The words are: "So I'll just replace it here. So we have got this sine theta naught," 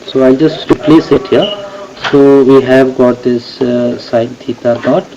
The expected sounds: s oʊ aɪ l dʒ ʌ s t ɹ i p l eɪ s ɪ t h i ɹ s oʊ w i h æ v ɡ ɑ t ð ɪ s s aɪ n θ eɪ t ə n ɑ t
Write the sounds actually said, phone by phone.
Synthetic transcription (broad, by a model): s oʊ aɪ l dʒ ʌ s t ɹ i p l eɪ s ɪ t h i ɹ s oʊ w i h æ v ɡ ɑ t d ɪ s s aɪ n t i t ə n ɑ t